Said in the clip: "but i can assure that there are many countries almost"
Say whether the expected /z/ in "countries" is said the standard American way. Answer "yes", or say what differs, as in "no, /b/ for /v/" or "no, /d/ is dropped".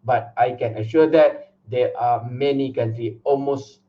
no, /z/ is dropped